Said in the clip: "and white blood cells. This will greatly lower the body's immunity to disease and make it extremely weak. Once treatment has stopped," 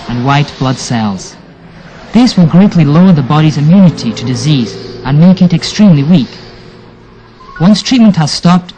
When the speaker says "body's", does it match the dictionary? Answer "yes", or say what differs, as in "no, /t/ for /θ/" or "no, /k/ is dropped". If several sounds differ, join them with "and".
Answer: yes